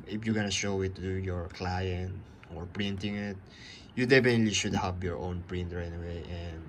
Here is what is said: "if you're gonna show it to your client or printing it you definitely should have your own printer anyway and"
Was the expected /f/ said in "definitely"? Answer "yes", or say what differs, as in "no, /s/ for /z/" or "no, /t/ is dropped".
no, /p/ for /f/